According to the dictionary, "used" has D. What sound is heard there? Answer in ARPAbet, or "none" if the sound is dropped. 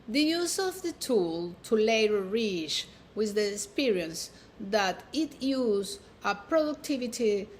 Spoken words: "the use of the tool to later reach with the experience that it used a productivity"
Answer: none